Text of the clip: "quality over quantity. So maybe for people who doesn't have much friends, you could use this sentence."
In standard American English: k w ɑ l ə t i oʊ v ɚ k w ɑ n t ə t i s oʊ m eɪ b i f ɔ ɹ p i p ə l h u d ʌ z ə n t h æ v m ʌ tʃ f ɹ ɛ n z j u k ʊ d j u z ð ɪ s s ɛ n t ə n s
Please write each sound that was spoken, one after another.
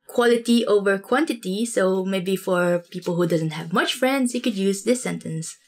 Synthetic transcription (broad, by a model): k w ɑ l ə t i oʊ v ɚ k w ɑ n t ə t i s oʊ m eɪ b i f ɔ ɹ p i p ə l h u d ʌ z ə n t h æ v m ʌ tʃ f ɹ ɛ n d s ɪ k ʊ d j u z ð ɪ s s ɛ n t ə n s